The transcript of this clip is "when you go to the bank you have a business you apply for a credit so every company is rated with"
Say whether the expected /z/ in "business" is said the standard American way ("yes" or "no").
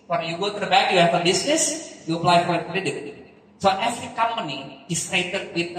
no